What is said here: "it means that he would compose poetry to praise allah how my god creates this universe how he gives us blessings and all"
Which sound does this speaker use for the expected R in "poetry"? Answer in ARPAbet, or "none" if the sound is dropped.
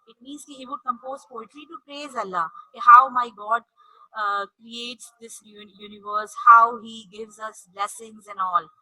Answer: L